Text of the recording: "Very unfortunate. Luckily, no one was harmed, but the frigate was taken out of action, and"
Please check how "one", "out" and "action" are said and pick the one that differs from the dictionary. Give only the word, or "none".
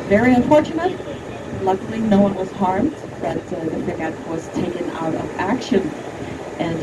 none